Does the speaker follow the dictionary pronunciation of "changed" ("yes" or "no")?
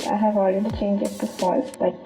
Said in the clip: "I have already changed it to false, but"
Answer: no